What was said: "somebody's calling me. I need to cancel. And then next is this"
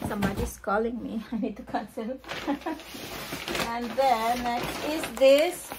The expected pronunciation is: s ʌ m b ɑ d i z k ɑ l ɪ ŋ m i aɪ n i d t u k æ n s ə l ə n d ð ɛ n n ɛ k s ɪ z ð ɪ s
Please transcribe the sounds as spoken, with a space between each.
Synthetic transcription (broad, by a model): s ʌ m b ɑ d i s k ɑ l ɪ ŋ m i aɪ n i d t u k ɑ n s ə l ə n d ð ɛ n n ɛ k ɪ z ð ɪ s